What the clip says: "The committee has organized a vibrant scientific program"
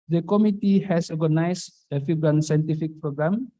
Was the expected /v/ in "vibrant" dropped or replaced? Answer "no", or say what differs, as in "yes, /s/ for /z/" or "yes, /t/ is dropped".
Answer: yes, /f/ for /v/